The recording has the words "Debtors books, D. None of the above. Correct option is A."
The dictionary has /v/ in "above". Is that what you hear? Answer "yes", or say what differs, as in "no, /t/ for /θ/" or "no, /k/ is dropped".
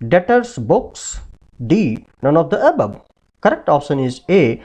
no, /b/ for /v/